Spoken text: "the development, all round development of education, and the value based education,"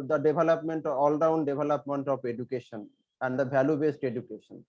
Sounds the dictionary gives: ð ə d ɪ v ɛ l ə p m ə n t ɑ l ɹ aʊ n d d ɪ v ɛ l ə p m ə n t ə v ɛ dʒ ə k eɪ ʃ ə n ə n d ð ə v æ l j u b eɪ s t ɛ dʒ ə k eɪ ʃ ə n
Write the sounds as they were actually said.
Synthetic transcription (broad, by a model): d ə d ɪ b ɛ l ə p m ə n t ɑ l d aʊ n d d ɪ b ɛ l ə p m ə n t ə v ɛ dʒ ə k eɪ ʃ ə n ə n d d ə b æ l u b eɪ s t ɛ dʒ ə k eɪ ʃ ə n